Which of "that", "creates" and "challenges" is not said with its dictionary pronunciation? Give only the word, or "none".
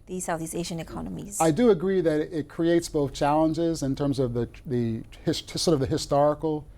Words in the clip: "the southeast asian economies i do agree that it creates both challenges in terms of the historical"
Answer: none